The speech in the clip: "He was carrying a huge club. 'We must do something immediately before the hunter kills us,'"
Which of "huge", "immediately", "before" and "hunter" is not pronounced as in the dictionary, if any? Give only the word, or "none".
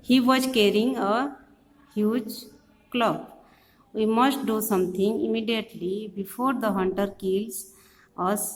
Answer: none